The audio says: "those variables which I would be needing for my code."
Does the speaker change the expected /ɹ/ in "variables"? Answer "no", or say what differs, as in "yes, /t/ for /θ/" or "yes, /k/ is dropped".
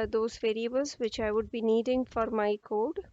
no